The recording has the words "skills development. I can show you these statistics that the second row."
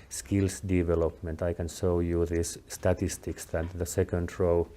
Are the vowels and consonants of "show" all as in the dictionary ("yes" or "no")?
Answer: no